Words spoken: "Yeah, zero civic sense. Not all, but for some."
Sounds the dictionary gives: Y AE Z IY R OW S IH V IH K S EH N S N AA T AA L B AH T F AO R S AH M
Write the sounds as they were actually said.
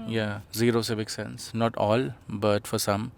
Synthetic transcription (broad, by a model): Y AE Z IY R OW S IH V IH K S EH N S N AA T AA L B AH T F AO R S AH M